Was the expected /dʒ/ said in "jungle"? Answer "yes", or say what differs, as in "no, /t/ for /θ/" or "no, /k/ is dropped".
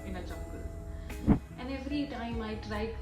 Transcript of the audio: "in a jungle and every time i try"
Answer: no, /tʃ/ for /dʒ/